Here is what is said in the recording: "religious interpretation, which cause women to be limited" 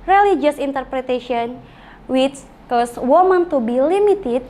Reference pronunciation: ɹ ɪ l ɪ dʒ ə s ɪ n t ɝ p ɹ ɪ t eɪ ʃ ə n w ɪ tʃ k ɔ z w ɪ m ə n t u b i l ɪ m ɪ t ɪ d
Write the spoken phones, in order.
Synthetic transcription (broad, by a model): ɹ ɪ l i dʒ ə s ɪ n t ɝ p ɹ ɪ t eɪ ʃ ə n w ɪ s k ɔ s w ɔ m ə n t u b i l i m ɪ t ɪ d